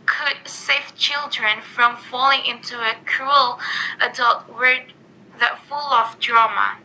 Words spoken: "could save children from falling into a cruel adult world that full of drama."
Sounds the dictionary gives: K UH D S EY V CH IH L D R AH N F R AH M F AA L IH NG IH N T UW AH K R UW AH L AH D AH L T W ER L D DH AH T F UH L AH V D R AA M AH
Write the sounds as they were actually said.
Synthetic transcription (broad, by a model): K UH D S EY F CH IH L D R AH N F R AH M F AA L IH NG IH N T UW AH K R UW AH L AH D AH L T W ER D DH AH T F UH L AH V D R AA M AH